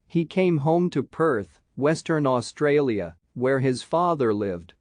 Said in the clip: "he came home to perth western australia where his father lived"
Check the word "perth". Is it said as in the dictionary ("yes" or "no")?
yes